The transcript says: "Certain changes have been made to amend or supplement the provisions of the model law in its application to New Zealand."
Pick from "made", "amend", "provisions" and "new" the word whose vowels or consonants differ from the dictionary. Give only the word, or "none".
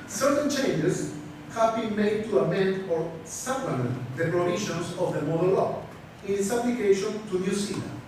provisions